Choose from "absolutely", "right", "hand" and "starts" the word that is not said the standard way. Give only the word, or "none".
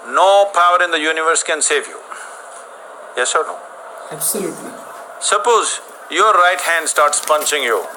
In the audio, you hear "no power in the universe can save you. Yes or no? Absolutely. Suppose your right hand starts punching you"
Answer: absolutely